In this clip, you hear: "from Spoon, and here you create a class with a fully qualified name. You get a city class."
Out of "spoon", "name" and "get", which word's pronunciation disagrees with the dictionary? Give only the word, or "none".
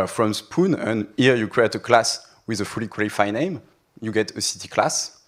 none